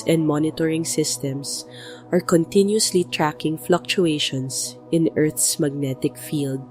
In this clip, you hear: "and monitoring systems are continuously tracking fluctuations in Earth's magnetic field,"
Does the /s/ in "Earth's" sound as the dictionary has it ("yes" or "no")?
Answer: yes